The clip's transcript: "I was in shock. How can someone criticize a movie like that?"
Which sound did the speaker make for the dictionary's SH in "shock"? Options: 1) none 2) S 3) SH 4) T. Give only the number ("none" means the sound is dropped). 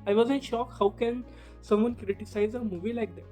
3